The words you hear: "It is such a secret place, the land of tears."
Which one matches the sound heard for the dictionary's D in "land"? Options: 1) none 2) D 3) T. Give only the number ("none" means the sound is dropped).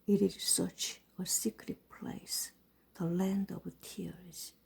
2